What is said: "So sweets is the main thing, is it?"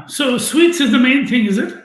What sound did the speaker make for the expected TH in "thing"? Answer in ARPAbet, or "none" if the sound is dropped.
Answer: TH